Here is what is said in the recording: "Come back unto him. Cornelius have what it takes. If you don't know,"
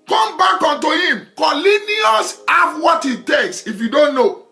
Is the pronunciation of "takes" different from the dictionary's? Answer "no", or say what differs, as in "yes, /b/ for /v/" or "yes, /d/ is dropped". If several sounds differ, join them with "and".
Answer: no